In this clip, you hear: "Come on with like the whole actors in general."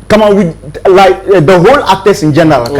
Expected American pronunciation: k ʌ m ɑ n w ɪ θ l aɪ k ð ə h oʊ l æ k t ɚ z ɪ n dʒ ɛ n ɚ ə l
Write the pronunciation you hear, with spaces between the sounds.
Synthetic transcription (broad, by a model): k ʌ m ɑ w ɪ l aɪ k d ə h oʊ l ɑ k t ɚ s ɪ n dʒ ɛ n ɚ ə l